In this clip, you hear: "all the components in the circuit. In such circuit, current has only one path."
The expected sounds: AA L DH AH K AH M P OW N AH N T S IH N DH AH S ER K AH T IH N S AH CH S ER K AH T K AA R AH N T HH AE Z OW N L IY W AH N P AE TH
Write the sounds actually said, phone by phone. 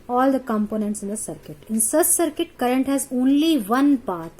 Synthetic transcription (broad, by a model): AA L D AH K AH M P OW N AH N T S IH N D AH S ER K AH T IH N S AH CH S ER K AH T K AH R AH N T HH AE Z OW N L IY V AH N P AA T